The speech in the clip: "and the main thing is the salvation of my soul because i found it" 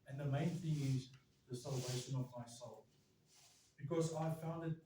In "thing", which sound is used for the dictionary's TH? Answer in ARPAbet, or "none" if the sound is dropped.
TH